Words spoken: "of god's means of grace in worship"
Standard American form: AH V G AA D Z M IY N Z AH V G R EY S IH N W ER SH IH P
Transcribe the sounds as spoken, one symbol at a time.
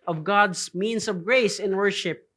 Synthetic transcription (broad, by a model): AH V G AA D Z M IY N S AH V G R EY S IH N W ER SH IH P